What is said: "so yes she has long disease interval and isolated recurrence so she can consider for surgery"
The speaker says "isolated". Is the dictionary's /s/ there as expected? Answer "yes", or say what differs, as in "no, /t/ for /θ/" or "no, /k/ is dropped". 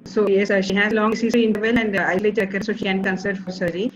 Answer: no, /s/ is dropped